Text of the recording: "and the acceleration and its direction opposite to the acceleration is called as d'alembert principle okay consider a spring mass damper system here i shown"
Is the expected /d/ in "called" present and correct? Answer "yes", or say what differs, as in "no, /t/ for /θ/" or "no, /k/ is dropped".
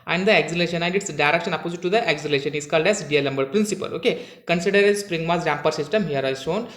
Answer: yes